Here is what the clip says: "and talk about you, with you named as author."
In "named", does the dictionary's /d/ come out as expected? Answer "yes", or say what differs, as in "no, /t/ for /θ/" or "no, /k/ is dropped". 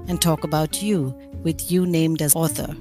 yes